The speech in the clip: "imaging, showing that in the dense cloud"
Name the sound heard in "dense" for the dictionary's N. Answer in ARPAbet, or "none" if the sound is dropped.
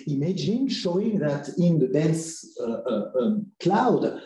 none